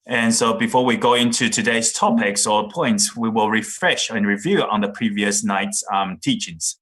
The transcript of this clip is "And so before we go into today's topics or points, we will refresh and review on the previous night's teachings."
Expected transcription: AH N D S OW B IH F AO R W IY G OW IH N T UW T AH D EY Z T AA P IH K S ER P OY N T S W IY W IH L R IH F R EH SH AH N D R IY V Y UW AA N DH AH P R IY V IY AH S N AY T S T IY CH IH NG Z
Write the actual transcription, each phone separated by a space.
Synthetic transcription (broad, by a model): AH N S OW B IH F AO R W IY G OW IH N T UW T AH D EY Z T AA P IH K S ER P OY N T S W IY W IH L R IH F R EH SH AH N R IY V Y UW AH N DH AH P R IY V IY AH S N AY T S T IY CH IH NG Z